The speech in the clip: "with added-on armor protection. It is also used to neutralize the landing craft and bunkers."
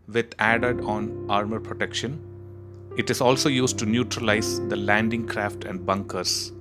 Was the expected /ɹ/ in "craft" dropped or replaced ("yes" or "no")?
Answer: no